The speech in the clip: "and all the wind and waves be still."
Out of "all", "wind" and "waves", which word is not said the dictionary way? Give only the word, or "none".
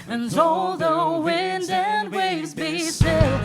none